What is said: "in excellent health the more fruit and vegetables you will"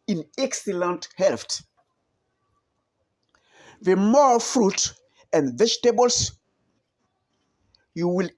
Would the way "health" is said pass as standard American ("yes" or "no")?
no